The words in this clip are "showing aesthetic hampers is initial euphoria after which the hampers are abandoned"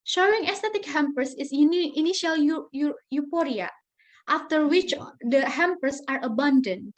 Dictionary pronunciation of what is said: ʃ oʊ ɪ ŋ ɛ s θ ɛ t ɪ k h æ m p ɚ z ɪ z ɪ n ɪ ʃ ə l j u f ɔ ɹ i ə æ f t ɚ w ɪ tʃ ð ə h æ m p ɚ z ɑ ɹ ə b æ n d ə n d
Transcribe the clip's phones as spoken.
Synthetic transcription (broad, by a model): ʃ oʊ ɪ ŋ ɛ s t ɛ t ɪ k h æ m p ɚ s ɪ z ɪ n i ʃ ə l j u p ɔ ɹ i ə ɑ f t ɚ w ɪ tʃ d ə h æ m p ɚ s ɑ ɹ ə b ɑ n d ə n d